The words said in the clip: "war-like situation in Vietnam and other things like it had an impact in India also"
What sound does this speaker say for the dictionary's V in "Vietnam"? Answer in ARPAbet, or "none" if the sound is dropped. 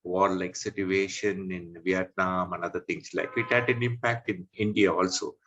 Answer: V